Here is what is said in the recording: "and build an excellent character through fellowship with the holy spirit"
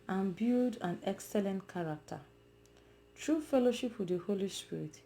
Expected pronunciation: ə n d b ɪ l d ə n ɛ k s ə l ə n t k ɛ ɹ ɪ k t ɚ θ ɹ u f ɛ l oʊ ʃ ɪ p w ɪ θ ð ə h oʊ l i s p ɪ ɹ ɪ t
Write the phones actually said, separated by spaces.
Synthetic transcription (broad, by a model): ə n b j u d ə n ɛ k s ə l ə n t k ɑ ɹ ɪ k t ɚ t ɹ u f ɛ l oʊ ʃ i p w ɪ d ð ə h oʊ l i s p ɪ ɹ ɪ t